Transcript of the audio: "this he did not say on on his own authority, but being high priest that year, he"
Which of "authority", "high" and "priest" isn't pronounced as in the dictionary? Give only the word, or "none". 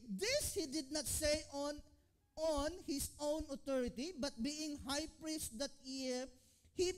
authority